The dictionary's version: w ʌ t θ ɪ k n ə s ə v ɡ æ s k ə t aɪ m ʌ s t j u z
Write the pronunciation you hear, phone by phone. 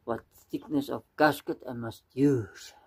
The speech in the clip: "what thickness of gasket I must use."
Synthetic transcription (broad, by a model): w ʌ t s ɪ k n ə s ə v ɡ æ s k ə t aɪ m ʌ s t j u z